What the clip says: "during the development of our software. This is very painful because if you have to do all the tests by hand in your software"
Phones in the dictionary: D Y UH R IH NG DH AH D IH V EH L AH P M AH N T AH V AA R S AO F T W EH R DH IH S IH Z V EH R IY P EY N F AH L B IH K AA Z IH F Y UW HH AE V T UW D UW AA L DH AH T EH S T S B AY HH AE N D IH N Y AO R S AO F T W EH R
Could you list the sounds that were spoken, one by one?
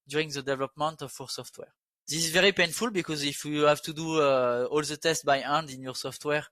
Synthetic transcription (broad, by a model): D Y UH R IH NG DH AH D IH V EH L AH P M AH N T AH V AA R S AO F T W EH R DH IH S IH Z V EH R IY P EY N F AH L B IH K AA Z IH F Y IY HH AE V T UW D UW AA L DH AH T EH S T B AY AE N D IH N Y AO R S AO F T W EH R